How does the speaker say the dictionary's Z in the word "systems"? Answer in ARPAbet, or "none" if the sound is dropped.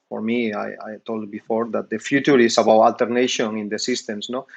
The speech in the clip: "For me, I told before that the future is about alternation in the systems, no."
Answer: S